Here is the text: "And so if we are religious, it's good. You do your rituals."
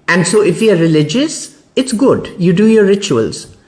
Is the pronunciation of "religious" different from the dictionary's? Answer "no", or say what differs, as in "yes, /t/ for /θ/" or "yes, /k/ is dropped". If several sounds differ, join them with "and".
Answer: no